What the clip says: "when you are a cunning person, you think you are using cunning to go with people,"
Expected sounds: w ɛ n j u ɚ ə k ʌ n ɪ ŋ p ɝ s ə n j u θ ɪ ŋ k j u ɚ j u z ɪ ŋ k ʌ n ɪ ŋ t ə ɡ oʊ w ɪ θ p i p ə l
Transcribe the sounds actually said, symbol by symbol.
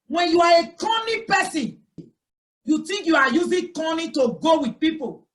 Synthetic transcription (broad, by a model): w ɛ n j u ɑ ə k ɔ n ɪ p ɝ s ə n j u t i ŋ k j u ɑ j u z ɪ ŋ k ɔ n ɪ t ə ɡ oʊ w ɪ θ p i p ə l